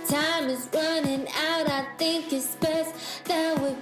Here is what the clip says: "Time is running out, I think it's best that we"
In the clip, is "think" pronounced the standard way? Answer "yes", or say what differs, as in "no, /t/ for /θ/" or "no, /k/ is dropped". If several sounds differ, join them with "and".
yes